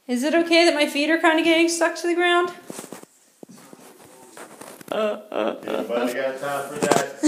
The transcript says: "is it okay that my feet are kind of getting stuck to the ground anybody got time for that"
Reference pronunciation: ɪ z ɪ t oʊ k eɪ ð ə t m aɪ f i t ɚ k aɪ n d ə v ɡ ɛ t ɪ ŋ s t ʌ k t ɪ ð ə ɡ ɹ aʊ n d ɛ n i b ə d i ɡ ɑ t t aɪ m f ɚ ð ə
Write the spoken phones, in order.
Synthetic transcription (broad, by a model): ɪ z ɪ t oʊ k eɪ ð ə t m aɪ f i t ɚ k aɪ n d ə ɡ ɛ t ɪ ŋ s t ʌ k t ɪ ð ə ɡ ɹ aʊ n d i ə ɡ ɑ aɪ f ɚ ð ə